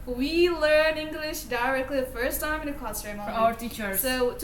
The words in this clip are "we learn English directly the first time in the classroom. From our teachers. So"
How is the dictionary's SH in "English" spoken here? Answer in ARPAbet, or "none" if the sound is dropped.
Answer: SH